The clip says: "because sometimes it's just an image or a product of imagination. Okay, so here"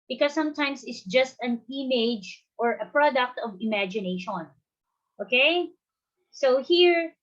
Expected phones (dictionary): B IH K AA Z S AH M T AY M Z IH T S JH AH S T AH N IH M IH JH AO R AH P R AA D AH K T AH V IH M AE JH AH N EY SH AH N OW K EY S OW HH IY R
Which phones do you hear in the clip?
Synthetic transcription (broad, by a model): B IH K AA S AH M T AY M S IH T S JH AH S T AH N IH M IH JH AO R AH P R AA D AH K T AH V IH M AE JH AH N EY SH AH N OW K EY S OW HH IY R